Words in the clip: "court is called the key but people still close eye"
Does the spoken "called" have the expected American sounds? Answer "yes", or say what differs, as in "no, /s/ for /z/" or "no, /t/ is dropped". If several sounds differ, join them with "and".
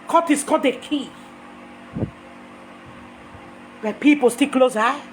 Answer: no, /l/ is dropped